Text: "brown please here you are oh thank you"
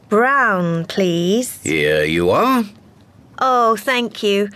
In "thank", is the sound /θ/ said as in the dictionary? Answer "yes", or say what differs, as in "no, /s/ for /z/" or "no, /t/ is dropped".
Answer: yes